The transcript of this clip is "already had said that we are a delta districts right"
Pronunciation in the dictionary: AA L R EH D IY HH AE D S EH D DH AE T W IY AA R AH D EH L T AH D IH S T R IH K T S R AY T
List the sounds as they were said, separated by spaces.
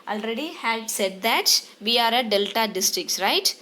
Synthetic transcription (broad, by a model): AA L R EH D IY HH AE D S EH D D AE T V IY AA R AH D EH L T AH D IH S T R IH K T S R AY T